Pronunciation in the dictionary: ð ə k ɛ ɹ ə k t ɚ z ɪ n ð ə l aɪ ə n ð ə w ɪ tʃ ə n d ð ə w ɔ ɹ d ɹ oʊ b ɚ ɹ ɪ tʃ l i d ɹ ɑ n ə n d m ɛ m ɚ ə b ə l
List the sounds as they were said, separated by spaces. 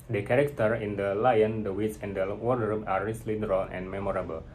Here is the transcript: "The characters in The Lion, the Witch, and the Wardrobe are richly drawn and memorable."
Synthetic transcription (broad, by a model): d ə k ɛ ɹ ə k t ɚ ɪ n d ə l aɪ ə n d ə w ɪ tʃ ə n d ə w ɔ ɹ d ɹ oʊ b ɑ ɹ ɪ s l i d ɹ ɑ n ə n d m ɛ m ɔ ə b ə l